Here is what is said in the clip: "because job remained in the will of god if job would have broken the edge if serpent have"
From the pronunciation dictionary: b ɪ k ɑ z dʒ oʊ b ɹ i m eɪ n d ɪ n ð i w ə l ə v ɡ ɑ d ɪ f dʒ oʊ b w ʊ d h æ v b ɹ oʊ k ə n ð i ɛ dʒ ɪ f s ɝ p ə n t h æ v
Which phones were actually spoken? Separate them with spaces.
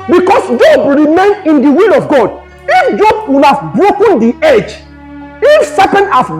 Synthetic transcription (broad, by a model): b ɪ k ɑ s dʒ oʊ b ɹ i m eɪ n ɪ n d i w ə l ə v ɡ ɑ d ɪ f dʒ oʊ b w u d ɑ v b ɹ oʊ k ə n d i ɛ dʒ ɪ f s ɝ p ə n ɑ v